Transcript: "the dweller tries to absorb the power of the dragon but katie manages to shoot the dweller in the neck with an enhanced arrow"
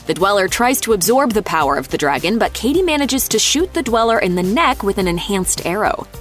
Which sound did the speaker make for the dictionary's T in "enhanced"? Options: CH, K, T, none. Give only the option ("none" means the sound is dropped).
T